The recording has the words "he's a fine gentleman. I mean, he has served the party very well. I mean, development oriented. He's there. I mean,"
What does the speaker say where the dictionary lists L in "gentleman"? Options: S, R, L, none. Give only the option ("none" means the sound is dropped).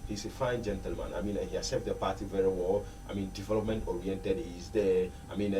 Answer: L